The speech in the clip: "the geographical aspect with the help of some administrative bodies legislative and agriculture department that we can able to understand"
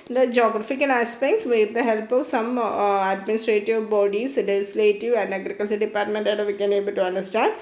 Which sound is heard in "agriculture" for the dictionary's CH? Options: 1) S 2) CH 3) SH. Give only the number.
1